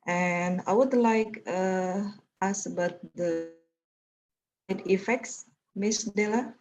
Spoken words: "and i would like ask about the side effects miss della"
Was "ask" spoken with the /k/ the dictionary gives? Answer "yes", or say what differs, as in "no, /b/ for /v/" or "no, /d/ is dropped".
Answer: no, /k/ is dropped